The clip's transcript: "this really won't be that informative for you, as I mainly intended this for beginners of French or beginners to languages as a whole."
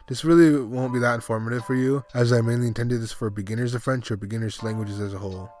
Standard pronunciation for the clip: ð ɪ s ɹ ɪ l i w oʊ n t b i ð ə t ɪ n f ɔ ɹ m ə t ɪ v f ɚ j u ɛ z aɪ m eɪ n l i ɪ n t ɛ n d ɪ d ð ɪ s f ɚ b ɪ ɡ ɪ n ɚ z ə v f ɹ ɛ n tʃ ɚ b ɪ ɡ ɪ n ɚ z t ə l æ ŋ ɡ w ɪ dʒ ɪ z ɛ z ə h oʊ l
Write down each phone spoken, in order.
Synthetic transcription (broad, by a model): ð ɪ s ɹ ɪ l i w oʊ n b i ð ə t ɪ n f ɔ ɹ m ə t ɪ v f ɚ j u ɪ z aɪ m eɪ n l i ɪ n t ɛ n d ɪ d ð ɪ s f ɚ b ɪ ɡ ɪ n ɚ z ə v f ɹ ɛ n tʃ ɚ b ɪ ɡ ɪ n ɚ z l æ ŋ ɡ w ɪ dʒ ɪ z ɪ z ə h oʊ l